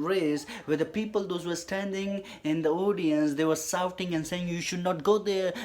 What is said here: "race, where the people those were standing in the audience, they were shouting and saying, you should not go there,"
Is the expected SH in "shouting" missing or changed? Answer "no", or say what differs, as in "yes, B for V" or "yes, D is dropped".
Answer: yes, S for SH